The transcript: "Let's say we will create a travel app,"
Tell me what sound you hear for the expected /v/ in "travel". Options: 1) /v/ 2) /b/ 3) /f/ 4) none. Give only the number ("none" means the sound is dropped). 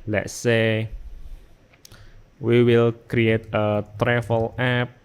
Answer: 3